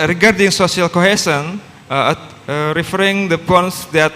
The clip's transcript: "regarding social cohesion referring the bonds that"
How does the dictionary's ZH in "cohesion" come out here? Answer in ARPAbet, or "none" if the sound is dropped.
S